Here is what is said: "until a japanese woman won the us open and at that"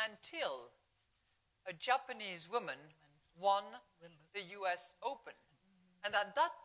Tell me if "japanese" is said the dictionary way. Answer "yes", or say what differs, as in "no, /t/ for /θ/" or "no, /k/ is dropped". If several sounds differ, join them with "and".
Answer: yes